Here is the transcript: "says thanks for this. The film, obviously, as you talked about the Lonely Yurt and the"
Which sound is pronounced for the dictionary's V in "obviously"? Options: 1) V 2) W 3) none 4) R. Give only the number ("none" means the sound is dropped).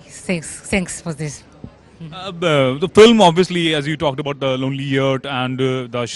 1